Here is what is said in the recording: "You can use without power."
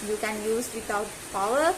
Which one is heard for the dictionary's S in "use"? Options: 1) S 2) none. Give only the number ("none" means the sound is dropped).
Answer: 1